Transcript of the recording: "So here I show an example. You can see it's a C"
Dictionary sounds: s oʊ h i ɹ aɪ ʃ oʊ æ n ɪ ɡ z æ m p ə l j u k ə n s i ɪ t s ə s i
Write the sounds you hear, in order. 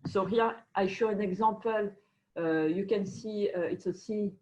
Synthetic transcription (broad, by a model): s oʊ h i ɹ aɪ ʃ oʊ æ n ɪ ɡ z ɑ p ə l j u k ə n s i ɪ t s ə s i